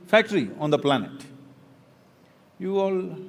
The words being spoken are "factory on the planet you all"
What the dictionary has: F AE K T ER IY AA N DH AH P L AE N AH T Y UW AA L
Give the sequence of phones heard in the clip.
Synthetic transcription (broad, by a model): F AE K T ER IY AA N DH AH P L AE N AH T Y UW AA L